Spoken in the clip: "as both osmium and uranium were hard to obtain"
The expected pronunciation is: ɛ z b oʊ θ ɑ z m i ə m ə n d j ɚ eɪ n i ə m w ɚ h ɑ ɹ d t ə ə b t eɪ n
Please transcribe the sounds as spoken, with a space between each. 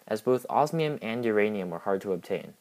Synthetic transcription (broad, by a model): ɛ z b oʊ θ ɑ z m i ə m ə n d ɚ eɪ n i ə m w ɚ h ɑ ɹ d t ə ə b t eɪ n